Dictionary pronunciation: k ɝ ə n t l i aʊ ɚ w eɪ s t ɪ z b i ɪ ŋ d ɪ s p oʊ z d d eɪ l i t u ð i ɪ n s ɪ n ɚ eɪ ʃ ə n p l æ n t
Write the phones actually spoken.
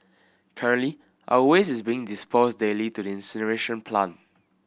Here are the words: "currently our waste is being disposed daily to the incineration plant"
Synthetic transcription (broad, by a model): k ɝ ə n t l i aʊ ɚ w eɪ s ɪ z b i ɪ ŋ d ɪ s p oʊ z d d eɪ l i t u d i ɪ n s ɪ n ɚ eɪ ʃ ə n p l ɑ n